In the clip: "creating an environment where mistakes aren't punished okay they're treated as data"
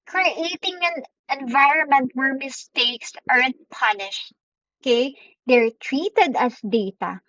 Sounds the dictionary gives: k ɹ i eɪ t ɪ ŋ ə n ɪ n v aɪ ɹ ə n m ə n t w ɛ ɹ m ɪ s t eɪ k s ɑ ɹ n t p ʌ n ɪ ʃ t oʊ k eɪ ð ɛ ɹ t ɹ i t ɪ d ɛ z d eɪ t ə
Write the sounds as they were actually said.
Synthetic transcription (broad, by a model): k ɹ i eɪ t ɪ ŋ ə n ɪ n v aɪ ɹ ə n m ə n t w ɛ ɹ m ɪ s t eɪ k s ɑ ɹ n t p ʌ n ɪ ʃ t oʊ k eɪ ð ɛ ɹ t ɹ i t ɪ d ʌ s d eɪ t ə